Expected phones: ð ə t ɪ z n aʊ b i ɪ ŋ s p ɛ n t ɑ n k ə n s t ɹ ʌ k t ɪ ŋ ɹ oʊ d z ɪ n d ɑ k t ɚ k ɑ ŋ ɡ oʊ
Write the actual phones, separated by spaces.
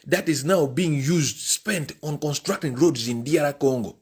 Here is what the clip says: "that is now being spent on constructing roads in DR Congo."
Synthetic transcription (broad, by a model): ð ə t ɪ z n aʊ b i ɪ ŋ s p ɛ n t ɑ n k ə n s t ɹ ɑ k t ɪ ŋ ɹ oʊ d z ɪ n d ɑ t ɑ k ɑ ŋ ɡ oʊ